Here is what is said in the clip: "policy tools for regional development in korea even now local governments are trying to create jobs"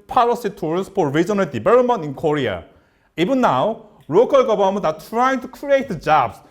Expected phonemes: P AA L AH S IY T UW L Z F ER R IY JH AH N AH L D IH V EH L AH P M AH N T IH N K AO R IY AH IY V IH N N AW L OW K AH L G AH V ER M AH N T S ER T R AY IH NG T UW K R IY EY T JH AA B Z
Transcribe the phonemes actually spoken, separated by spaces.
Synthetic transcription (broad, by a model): P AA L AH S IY T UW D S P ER R IY JH AH N AH L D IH B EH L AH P M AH N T IH N K AO R IY AH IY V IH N N AW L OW K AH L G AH B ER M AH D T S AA T R AY IH NG T UW K R IY EY T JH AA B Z